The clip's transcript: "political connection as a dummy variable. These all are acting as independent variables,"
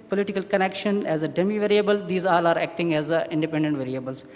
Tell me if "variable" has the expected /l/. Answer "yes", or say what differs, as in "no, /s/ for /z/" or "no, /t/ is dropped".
yes